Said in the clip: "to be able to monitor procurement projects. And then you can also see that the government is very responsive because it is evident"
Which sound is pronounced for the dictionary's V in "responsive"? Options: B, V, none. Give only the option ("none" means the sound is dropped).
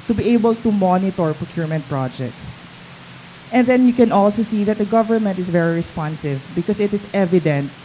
V